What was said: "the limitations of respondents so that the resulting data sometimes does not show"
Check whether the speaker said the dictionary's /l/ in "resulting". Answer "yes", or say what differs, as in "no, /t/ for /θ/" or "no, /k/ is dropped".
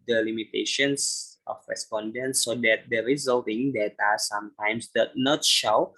yes